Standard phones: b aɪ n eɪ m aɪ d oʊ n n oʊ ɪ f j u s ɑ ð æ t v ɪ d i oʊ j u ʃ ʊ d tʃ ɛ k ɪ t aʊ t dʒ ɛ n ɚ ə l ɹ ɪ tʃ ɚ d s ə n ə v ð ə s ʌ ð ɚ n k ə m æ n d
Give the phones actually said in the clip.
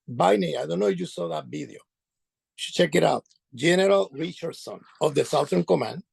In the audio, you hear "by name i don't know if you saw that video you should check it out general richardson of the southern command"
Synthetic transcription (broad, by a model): b aɪ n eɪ aɪ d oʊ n n oʊ ɪ f j u s ɑ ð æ t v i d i oʊ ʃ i tʃ ɛ k ɪ t aʊ t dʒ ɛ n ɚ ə l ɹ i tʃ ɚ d s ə n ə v ð ə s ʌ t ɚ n k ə m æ n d